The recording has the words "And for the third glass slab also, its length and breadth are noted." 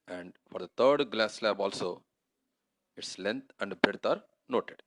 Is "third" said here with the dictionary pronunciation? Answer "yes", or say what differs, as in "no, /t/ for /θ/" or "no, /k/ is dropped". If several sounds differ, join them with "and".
no, /t/ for /θ/